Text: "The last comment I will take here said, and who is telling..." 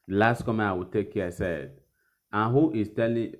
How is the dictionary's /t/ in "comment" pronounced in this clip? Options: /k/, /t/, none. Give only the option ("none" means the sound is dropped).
none